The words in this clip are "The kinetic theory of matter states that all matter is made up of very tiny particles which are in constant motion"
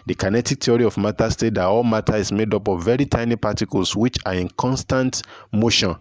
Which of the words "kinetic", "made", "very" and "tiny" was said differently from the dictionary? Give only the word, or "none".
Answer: none